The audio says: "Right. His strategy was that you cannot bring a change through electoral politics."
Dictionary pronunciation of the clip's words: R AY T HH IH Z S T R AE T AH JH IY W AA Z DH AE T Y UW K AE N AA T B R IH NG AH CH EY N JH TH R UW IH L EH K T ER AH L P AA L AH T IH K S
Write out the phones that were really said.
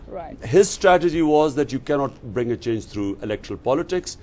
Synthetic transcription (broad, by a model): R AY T HH IH Z S T R AE T AH JH IY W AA Z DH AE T Y UW K AE N AA T B R IH NG AH CH EY N JH T R UW IH L EH K T ER AH L P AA L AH T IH K S